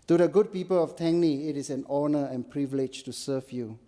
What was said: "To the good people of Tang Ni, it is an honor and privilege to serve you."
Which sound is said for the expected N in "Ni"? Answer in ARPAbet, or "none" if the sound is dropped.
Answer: N